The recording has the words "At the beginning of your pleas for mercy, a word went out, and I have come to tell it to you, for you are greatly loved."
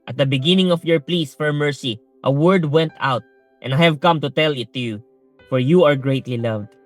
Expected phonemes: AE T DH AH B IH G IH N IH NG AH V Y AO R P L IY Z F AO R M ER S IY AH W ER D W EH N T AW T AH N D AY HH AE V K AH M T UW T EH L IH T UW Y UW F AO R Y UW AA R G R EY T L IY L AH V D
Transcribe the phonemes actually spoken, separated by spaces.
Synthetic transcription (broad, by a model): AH T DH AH B IH G IH N IH NG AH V Y AO R P L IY S F AO R M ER S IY AH W ER D W EH N T AW T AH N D AY HH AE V K AH M T UW T EH L IH T UW Y UW F AO R Y UW AA R G R EY T L IY L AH V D